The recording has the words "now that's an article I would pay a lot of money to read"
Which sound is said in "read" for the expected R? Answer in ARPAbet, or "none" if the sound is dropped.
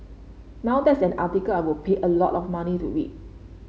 W